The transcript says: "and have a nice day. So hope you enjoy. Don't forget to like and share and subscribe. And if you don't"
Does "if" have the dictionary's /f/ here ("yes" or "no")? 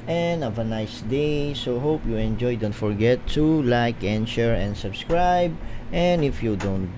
yes